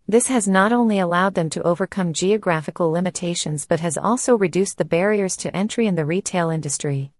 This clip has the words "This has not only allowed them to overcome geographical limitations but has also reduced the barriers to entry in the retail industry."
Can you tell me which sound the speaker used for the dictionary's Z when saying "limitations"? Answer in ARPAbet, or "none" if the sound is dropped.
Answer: Z